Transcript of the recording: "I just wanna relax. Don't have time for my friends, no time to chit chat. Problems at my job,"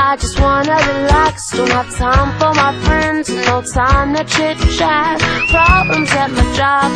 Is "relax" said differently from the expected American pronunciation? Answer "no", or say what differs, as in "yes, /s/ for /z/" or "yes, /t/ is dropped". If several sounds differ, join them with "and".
no